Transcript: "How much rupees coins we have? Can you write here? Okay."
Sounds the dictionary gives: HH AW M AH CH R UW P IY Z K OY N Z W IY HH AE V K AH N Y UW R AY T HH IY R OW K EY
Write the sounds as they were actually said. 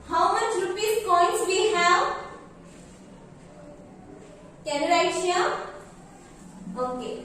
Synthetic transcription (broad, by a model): HH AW M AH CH R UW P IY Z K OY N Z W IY HH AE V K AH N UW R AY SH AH L OW K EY